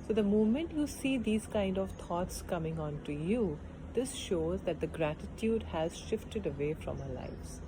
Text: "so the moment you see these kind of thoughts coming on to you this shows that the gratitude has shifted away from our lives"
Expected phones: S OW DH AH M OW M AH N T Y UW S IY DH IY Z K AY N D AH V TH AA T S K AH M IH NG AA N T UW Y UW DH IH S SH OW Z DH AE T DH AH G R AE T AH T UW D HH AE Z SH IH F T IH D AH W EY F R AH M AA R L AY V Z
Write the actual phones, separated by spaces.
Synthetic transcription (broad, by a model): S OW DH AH M OW M AH N T Y UW S IY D IY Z K AY N D AH V T AA T S K AH M IH NG AA N T UW Y UW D IH S SH OW Z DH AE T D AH G R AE T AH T UW D HH AE Z SH IH F T IH D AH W EY F R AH M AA L AY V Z